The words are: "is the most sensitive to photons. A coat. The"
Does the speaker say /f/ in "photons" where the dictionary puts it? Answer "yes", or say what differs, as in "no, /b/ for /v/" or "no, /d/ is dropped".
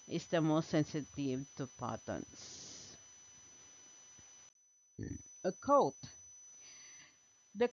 no, /p/ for /f/